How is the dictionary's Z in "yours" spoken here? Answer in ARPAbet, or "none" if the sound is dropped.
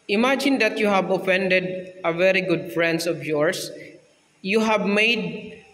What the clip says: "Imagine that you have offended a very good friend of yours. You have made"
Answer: S